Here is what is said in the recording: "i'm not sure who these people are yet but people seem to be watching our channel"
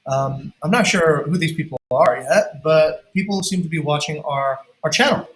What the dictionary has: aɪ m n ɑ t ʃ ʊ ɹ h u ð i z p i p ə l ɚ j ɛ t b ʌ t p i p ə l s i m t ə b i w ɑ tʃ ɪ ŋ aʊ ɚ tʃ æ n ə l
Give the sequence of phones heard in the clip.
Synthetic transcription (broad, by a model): aɪ m n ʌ t ʃ ʊ ɹ h u ð i z p i p l ɚ j ɛ t b ʌ t p i p l s i m t ə b i w ɑ tʃ ɪ ŋ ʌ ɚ tʃ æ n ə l